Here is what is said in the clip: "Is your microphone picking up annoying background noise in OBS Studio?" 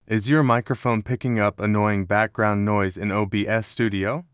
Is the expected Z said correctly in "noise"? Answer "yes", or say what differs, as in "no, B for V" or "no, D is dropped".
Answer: yes